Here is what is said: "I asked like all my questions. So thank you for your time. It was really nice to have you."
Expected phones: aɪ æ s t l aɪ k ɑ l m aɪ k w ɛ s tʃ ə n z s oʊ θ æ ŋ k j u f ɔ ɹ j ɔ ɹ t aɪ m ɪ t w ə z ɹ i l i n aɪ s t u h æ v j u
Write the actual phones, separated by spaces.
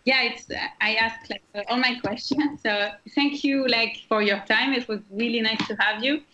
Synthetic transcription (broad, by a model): aɪ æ s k l aɪ k ɑ l m aɪ k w ɛ s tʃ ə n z s oʊ θ æ ŋ k j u f ɔ ɹ j ɔ ɹ t aɪ m ɪ t w ə z ɹ i l i n aɪ s t u h æ v j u